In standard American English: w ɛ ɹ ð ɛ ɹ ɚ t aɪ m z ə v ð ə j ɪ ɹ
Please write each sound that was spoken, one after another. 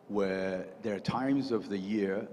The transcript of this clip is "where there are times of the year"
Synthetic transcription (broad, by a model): w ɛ ɹ ð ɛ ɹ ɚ t aɪ m z ə v ð ə j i ɹ